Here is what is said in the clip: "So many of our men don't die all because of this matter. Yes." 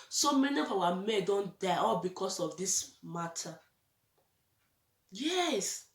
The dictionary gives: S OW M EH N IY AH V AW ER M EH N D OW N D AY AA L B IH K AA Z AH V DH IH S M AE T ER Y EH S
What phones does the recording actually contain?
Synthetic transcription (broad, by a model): S OW M EH N IY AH F AW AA M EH D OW N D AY AA L B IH K AA S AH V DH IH S M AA T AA Y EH S